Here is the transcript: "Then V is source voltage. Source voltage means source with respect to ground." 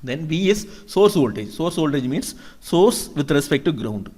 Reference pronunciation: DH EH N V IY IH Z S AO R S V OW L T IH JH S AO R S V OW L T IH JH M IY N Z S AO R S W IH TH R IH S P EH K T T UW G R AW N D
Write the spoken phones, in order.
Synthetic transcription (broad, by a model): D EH N V IY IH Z S AO R S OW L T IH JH S AO R S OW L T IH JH M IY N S S AO R S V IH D R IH S P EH K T T UW G R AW N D